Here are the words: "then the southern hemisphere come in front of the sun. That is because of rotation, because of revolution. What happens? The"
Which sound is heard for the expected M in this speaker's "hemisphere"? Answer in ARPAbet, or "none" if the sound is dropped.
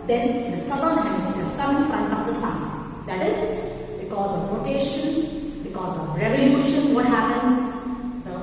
none